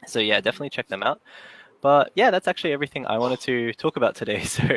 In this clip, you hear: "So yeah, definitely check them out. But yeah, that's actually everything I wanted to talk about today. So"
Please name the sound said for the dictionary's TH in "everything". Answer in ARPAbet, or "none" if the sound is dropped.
TH